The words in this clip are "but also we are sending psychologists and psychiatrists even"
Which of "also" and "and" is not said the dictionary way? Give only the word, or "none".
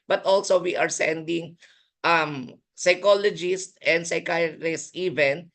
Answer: none